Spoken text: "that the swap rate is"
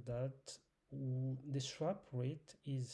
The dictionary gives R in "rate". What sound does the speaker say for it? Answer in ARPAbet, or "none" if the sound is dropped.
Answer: R